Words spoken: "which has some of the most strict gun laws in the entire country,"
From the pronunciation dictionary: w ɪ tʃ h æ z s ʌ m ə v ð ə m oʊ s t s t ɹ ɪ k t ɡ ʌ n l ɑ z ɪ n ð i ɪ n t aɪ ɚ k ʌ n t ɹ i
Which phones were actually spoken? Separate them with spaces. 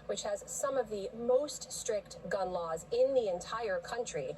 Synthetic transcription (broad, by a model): w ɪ tʃ h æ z s ʌ m ə v ð ə m oʊ s t s t ɹ ɪ k t ɡ ʌ n l ɑ z ɪ n ð i ɪ n t aɪ ɚ k ʌ n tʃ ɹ i